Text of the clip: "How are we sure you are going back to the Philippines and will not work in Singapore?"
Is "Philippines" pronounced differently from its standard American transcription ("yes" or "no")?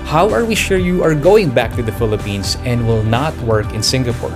yes